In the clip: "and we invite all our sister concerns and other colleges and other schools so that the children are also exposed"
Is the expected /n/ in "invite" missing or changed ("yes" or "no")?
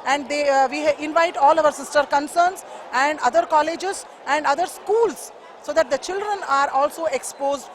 no